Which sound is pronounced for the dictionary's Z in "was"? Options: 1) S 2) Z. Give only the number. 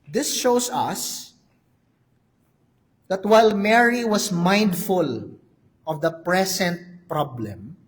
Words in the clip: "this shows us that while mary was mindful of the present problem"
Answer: 1